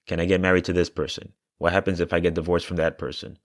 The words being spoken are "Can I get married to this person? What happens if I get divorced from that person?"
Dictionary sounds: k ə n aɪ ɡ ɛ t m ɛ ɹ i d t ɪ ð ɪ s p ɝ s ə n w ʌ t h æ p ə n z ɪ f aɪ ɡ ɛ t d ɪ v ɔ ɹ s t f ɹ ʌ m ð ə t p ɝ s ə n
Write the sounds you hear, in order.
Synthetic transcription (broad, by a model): k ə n aɪ ɡ ɛ t m ɛ ɹ i d t ɪ ð ɪ s p ɝ s ə n w ʌ t h æ p ə n z ɪ f aɪ ɡ ɛ t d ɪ v ɔ ɹ s f ɹ ʌ m ð ə t p ɝ s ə n